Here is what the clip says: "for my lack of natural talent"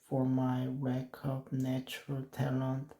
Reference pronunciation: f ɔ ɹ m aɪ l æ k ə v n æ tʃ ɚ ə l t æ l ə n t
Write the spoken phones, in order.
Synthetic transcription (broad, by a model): f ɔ ɹ m aɪ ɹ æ k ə b n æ tʃ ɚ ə l t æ l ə n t